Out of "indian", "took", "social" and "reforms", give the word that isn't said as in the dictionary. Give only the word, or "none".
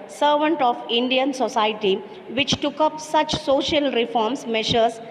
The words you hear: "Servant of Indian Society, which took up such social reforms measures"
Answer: reforms